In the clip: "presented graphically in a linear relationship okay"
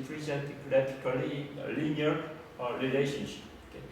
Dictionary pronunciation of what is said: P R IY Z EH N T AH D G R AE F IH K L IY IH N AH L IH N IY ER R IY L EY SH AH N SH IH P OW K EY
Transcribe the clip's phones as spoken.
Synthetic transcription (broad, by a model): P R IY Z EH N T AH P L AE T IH K IY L AH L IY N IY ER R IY L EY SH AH N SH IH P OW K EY